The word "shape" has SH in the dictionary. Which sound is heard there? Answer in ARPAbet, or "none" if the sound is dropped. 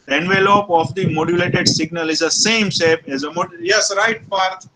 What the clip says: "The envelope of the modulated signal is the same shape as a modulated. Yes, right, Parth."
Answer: S